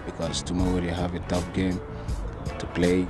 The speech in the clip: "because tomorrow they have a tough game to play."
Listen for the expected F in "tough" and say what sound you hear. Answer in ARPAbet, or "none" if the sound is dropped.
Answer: P